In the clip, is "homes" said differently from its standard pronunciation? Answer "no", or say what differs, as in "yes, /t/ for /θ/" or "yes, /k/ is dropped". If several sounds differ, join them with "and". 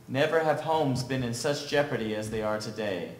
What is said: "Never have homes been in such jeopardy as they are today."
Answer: no